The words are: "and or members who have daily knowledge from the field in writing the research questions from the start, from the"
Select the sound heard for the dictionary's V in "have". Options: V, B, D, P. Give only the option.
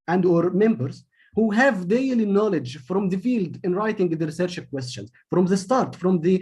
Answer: V